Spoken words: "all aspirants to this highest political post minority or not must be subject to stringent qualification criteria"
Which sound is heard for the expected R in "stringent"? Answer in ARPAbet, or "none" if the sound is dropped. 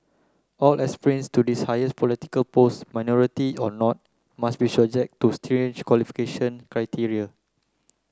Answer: none